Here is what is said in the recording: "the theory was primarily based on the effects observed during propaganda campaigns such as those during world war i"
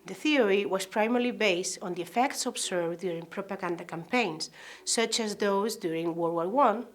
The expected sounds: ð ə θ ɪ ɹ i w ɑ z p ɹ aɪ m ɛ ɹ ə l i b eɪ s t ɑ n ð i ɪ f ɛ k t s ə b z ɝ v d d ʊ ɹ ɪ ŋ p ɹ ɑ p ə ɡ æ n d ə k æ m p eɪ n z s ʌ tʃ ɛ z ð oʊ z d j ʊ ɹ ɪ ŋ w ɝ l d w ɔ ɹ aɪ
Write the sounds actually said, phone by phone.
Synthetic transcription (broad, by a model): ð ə θ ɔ ɹ i w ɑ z p ɹ aɪ m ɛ ɹ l i b eɪ s t ɑ n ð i ɪ f ɛ k t s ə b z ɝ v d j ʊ ɹ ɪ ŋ p ɹ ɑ p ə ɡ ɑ n d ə k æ m p eɪ n s ʌ tʃ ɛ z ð oʊ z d j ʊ ɹ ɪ ŋ w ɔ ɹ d w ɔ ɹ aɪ